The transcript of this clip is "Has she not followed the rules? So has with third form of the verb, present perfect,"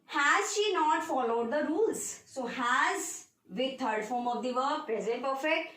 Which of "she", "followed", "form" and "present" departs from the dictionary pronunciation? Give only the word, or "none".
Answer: none